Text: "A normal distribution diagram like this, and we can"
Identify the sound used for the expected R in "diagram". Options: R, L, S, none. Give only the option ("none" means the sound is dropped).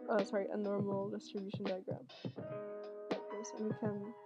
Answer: R